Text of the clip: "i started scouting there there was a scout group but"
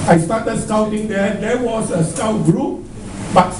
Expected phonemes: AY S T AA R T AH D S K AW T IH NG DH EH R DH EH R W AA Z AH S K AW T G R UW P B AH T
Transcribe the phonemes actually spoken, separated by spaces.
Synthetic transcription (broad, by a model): AY S T AA T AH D S K AW T IH NG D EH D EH W AA S AH S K AW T G R UW P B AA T